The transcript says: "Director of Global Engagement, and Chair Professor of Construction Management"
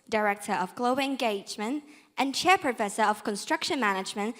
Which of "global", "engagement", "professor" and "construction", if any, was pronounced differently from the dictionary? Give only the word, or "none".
none